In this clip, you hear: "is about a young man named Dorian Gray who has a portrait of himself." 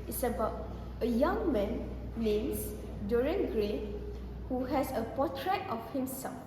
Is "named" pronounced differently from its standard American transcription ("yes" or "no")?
yes